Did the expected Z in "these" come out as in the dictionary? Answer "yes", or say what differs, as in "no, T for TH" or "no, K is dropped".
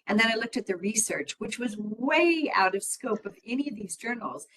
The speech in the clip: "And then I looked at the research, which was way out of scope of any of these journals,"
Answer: yes